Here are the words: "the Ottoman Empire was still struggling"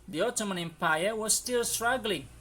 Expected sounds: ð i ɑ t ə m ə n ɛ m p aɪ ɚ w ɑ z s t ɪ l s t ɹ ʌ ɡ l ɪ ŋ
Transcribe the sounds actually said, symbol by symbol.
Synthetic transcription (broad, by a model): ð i ɑ t ə m ə n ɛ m p aɪ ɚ w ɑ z s t ɪ l s t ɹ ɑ ɡ l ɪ ŋ